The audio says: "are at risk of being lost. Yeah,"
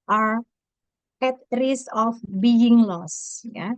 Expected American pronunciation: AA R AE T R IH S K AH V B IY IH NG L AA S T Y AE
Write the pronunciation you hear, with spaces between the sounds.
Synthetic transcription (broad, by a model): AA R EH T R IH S AH F B IY IH NG L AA S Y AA